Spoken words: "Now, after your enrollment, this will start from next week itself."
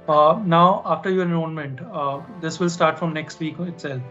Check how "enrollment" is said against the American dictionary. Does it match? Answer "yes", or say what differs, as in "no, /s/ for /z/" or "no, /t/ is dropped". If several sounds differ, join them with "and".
no, /ɹ/ is dropped and /n/ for /l/